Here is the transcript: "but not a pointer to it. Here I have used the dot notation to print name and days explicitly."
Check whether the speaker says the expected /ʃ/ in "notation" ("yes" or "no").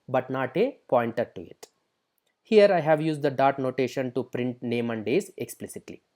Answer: yes